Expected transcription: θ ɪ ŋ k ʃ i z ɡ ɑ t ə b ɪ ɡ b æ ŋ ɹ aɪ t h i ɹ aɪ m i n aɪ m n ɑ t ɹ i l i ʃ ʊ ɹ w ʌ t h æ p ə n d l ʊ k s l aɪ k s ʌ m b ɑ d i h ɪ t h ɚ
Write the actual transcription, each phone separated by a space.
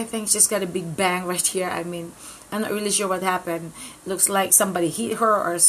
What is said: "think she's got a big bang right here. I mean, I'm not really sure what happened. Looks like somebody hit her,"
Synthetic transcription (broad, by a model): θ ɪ ŋ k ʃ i s ɡ ɑ t ə b ɪ ɡ b æ ŋ ɹ aɪ t h i ɹ aɪ m i n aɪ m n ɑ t ɹ i l i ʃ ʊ w ʌ t h æ p ə n d l ʊ k s l aɪ k s ʌ m b ɑ d i h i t h ɚ